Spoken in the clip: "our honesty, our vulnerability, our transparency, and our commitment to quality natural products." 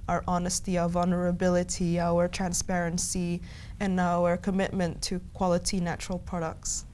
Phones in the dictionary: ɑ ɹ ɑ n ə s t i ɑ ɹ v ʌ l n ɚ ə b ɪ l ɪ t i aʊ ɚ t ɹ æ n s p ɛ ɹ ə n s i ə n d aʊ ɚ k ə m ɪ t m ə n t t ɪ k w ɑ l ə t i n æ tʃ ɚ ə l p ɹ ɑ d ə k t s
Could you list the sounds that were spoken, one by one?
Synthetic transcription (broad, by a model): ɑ ɹ ɑ n ə s t i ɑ v ʌ l n ɚ ə b ɪ l ɪ t i aʊ ɚ t ɹ æ n s p ɛ ɹ ə n s i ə n aʊ ɚ k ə m ɪ t m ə n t t ɪ k w ɑ l ə t i n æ tʃ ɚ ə l p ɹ ɑ d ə k t s